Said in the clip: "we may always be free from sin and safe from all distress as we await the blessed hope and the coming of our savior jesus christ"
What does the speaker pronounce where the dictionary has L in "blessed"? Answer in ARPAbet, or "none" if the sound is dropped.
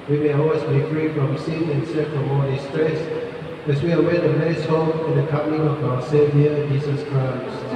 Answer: none